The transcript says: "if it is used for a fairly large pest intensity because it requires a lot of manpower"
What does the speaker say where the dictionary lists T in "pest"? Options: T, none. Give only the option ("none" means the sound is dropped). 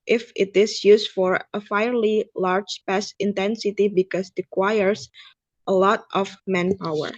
none